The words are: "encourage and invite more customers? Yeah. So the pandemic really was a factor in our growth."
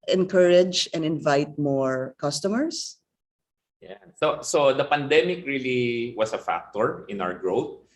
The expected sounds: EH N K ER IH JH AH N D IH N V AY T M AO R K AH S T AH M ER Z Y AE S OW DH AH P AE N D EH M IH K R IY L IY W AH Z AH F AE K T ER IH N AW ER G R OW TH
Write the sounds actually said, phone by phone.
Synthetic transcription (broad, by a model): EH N K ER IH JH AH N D IH N V AY T M AO R K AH S T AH M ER S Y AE S OW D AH P AE N D EH M IH K R IY L IY W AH S AH F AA K T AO IH N AW ER G R OW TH